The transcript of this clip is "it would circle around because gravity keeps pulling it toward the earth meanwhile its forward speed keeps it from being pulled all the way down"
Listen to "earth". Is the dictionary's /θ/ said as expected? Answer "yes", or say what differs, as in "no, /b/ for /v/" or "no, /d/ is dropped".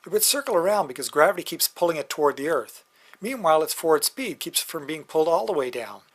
yes